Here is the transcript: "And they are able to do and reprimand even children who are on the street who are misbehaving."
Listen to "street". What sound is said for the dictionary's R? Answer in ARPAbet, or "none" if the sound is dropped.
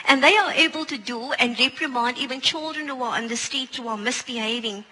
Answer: none